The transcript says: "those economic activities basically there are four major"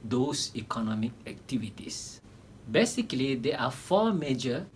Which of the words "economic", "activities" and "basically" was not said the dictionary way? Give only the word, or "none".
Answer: activities